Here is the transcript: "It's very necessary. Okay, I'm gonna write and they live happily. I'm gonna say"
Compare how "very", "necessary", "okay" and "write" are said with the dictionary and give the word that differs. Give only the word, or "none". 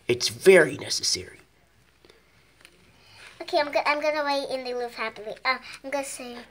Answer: write